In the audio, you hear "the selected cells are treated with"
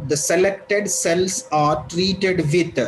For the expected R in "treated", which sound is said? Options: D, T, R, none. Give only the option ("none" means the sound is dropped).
R